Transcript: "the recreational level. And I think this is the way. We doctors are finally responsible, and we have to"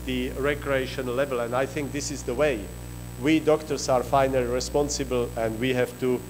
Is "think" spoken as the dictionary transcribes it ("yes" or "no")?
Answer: yes